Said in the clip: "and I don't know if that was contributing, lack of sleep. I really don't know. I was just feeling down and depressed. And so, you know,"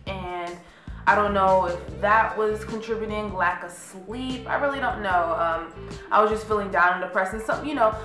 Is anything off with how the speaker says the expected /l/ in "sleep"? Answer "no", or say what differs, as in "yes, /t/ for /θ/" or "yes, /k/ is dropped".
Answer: no